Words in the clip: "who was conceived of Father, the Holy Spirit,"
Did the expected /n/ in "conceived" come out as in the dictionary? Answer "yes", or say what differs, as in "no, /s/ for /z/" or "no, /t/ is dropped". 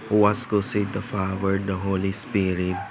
no, /n/ is dropped